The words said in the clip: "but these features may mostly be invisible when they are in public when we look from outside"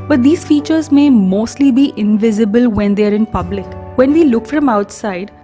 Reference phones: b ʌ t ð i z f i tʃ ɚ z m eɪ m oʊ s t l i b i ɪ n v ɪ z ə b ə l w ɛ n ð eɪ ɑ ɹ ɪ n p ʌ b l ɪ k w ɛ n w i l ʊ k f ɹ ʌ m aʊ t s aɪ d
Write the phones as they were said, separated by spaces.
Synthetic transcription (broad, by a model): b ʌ t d i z f i tʃ ɚ z m eɪ m oʊ s t l i b i ɪ n v ɪ z ə b ə l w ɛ n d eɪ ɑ ɹ ɪ n p ʌ b l ɪ k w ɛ n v i l ʊ k f ɹ ʌ m aʊ t s aɪ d